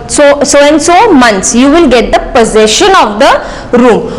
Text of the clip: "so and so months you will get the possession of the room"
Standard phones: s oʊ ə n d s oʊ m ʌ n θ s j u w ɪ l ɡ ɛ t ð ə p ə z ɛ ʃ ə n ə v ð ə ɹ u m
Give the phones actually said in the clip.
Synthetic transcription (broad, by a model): s oʊ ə n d s oʊ m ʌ n t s j u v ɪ l ɡ ɛ t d ə p ə z ɛ ʃ ə n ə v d ə ɹ u m